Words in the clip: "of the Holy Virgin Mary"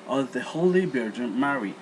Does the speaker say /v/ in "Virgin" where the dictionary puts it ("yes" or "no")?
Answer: no